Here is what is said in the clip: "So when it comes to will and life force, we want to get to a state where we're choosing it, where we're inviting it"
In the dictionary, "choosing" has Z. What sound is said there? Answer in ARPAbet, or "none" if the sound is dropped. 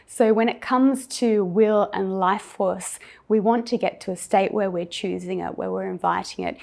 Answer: Z